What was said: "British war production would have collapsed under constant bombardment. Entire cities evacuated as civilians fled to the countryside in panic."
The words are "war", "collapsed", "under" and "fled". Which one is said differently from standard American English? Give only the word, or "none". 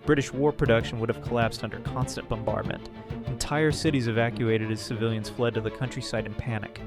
none